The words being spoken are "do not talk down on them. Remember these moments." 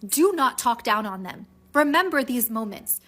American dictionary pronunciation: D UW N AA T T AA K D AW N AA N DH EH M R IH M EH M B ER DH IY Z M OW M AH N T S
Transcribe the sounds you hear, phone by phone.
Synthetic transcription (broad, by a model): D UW N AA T T AA K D AW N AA N DH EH M R IH M EH M B ER DH IY Z M OW M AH N T S